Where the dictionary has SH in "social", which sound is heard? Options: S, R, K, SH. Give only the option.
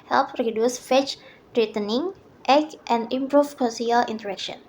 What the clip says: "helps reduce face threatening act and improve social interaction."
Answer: S